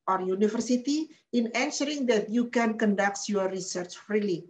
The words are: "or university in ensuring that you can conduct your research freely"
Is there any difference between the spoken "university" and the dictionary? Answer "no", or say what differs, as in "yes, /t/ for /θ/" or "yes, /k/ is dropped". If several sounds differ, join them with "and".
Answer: yes, /f/ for /v/